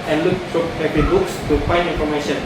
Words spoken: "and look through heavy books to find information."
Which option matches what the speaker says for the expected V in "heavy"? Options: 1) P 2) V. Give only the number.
1